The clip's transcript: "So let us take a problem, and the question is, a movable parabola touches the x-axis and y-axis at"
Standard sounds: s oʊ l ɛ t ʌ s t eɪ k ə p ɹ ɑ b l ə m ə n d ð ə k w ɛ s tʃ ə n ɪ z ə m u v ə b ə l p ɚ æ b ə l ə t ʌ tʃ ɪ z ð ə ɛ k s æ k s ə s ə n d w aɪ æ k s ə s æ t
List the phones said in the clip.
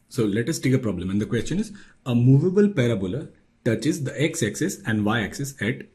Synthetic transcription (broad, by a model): s oʊ l ɛ t ʌ s t eɪ k ə p ɹ ɑ b l ə m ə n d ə k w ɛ s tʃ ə n ɪ z ə m u v ə b ə l p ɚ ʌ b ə l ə t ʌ tʃ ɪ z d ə ɛ k s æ k s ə s ə n d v aɪ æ k s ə s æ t